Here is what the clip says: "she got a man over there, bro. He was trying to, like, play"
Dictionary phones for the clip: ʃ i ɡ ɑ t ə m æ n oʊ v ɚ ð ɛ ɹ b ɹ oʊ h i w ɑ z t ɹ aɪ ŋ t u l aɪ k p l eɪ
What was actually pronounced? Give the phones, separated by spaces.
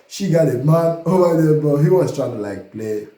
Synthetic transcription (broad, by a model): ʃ i ɡ ɑ t ə m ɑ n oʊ b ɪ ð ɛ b oʊ h i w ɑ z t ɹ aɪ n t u l aɪ k p l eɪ